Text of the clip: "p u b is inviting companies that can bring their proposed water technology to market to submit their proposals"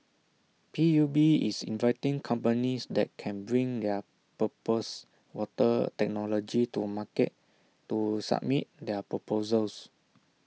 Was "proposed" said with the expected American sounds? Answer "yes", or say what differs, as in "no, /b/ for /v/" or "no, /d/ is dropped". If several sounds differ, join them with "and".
no, /ɹ/ is dropped